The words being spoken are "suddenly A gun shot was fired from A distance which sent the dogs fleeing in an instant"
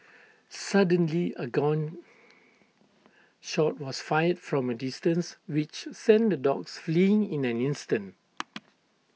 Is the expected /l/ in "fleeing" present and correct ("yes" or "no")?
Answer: yes